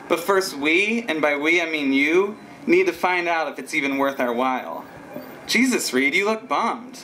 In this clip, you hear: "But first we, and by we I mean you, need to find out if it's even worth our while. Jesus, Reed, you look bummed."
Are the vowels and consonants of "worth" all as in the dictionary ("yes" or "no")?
yes